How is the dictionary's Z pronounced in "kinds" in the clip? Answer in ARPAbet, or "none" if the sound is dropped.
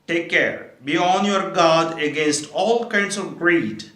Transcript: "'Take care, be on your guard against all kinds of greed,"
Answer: S